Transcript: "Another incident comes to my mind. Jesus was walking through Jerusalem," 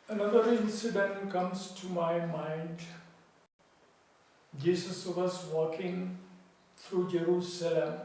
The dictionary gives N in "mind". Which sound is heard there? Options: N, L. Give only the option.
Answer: N